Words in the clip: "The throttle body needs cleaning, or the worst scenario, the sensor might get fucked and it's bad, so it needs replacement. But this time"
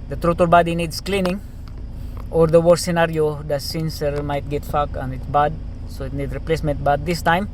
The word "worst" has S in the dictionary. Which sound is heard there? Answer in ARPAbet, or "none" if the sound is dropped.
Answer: none